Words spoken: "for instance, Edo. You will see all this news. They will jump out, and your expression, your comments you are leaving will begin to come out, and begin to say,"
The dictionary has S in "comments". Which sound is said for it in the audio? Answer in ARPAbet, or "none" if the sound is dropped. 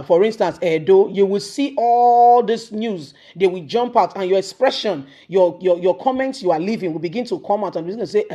S